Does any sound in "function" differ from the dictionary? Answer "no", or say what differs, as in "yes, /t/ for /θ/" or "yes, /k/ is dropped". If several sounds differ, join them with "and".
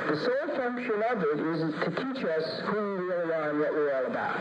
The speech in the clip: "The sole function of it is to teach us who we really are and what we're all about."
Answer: no